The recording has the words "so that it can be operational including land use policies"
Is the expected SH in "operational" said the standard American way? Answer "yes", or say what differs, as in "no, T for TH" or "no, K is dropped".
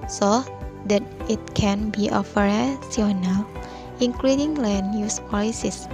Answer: no, S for SH